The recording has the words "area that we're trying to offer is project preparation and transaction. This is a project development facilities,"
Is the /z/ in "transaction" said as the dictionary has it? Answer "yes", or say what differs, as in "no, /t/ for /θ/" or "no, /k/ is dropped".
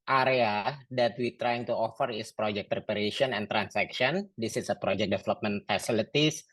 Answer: no, /s/ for /z/